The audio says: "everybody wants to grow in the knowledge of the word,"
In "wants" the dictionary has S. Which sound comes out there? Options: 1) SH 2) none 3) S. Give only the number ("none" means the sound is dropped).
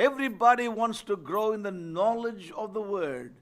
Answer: 3